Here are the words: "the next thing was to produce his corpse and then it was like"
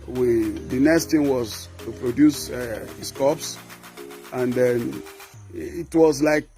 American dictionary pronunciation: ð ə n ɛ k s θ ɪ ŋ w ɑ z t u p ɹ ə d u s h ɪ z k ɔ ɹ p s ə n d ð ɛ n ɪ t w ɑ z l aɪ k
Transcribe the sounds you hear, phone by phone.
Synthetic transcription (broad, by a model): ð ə n ɛ k s t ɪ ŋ w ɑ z t u p ɹ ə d u s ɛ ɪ s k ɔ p s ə n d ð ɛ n ɪ t w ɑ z l aɪ k